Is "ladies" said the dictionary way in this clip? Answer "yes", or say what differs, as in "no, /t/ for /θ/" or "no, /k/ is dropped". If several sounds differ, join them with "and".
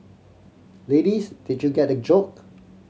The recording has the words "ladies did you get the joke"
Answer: no, /s/ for /z/